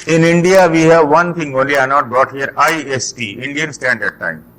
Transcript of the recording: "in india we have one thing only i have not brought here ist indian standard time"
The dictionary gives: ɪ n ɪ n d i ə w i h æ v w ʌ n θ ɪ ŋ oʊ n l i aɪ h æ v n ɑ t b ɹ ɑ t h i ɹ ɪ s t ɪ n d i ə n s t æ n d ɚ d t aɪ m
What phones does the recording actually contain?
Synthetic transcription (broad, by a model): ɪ n ɪ n d i ə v i h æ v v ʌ n t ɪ ŋ oʊ n l i aɪ n ɑ t b ɹ ɑ t h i ɹ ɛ s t ɪ n d i ə n s t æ n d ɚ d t aɪ m